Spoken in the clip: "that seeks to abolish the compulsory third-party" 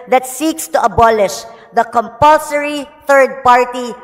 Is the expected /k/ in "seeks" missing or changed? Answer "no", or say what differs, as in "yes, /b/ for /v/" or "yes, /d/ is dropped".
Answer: no